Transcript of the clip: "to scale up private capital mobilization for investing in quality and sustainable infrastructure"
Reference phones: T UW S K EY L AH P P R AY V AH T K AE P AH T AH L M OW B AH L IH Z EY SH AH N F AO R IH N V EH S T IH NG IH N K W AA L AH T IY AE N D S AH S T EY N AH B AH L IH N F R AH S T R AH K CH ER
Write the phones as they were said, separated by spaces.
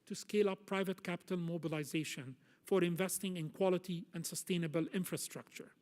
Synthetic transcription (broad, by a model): T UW S K EY L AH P P R AY V AH T K AE P AH T AH L M OW B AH L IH Z EY SH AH N F AO R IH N V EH S T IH NG IH N K W AA L AH T IY AE N D S AH S T EY N AH B AH L IH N F R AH S T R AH K CH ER